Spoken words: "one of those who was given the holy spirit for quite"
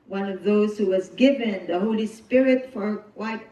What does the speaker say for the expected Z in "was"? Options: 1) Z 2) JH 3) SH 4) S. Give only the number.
1